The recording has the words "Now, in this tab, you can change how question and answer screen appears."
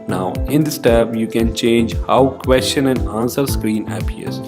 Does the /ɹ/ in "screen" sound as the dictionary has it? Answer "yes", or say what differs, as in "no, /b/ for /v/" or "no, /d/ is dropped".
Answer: yes